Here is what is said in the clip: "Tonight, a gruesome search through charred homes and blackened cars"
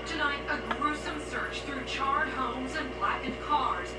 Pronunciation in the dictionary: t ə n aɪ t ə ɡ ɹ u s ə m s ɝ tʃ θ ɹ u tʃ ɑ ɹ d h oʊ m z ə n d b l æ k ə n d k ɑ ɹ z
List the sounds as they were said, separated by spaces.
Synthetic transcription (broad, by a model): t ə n aɪ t ə ɡ ɹ u s ə m s ɝ tʃ θ ɹ u tʃ ɑ ɹ d h oʊ m z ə n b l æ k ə d k ɑ ɹ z